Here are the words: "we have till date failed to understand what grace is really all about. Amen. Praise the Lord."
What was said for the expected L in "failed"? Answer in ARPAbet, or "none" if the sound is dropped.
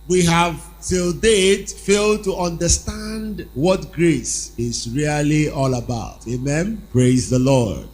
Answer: L